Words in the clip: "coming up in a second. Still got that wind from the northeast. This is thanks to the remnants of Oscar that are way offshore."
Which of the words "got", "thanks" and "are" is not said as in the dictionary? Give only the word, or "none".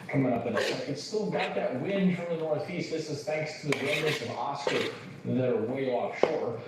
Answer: none